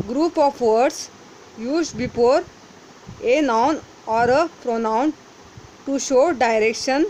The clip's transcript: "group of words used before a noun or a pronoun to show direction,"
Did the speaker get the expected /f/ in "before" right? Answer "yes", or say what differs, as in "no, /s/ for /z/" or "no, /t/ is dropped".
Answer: no, /p/ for /f/